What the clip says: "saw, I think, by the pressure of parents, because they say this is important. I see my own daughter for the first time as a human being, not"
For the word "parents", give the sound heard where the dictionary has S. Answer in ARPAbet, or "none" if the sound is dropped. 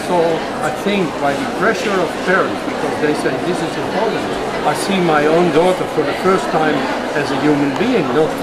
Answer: none